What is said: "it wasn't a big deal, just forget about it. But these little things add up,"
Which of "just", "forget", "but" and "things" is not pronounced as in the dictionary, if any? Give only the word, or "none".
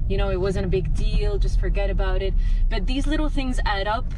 none